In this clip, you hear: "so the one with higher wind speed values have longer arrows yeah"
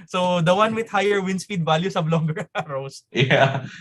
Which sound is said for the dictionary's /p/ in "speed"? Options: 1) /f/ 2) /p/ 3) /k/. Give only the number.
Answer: 1